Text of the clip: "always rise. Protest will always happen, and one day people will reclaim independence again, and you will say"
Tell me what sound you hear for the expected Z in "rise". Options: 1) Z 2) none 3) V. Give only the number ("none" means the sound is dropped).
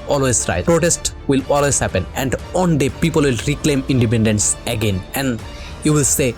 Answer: 2